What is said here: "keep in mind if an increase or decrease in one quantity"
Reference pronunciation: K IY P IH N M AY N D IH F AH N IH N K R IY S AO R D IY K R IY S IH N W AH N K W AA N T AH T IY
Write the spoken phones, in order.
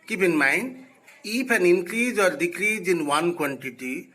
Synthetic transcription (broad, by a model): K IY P IH N M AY N IH P AH N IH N K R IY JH AO R D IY K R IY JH IH N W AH N K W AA N T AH T IY